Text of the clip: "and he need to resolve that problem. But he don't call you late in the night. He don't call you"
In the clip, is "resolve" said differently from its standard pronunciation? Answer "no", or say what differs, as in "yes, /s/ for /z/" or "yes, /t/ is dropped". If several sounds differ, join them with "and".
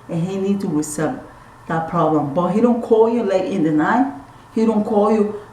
yes, /s/ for /z/ and /l/ is dropped